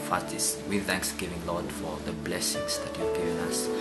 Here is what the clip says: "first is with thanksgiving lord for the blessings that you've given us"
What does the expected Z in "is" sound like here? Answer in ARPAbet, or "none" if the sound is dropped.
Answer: S